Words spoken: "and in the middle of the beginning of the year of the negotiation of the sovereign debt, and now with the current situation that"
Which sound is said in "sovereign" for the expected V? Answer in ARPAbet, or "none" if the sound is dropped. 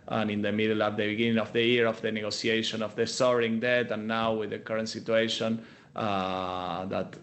none